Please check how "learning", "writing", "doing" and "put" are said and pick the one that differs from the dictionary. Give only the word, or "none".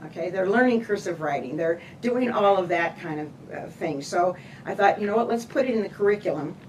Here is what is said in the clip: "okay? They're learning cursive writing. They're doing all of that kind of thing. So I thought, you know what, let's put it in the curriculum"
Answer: none